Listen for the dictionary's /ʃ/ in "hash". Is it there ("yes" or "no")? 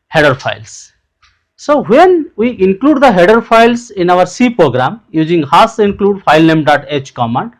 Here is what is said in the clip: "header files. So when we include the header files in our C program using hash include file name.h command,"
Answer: no